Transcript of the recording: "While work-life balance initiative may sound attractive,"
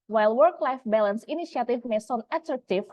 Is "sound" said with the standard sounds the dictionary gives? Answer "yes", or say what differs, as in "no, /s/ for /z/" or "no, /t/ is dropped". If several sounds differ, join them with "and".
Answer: no, /d/ is dropped